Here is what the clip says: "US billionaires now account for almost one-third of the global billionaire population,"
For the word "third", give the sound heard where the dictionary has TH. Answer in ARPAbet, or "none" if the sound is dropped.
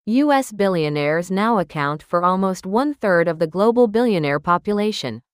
TH